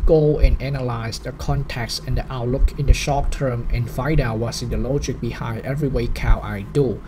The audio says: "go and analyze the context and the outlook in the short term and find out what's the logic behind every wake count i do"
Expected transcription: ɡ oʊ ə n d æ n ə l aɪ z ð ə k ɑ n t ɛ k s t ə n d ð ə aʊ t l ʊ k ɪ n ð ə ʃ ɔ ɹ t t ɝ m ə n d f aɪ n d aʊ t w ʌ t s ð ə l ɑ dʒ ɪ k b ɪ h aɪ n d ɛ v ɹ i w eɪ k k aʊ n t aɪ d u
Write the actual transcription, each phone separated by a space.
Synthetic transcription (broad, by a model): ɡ oʊ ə n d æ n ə l aɪ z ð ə k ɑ n t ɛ k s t ə n d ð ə aʊ t l ʊ k ɪ n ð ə ʃ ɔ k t t ɝ m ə n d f aɪ d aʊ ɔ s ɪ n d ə l ɑ dʒ ɪ k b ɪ h aɪ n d ɛ v ɹ i w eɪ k k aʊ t aɪ d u